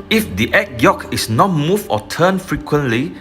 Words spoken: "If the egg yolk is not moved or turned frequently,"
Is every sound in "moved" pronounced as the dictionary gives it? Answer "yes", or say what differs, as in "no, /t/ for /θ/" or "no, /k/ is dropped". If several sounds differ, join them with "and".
no, /d/ is dropped